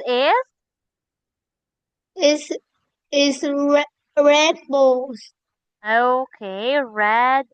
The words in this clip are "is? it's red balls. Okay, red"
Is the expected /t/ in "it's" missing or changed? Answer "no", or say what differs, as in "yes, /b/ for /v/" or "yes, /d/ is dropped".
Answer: yes, /s/ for /t/